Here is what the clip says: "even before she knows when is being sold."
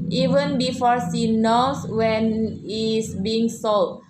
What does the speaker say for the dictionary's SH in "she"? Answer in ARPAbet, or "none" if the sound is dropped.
S